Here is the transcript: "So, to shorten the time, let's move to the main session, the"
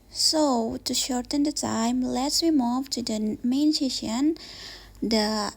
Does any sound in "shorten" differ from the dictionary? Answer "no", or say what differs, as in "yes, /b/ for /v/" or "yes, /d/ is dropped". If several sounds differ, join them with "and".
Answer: no